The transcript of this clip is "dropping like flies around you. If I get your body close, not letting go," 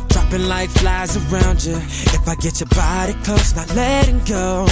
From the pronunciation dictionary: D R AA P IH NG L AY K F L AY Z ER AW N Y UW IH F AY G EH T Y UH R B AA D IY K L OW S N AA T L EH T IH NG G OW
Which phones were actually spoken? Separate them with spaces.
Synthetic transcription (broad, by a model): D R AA P IH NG L AY K F L AY Z ER AW N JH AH IH F AY G EH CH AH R B AA D IY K OW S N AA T L EH T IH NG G OW